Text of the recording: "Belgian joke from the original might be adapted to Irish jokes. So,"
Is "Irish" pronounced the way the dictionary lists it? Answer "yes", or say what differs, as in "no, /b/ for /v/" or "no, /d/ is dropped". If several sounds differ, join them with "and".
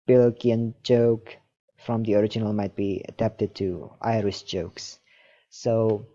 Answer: no, /s/ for /ʃ/